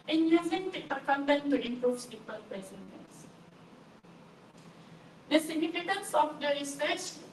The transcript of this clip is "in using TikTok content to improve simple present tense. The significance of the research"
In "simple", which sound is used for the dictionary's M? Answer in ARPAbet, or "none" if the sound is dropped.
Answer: none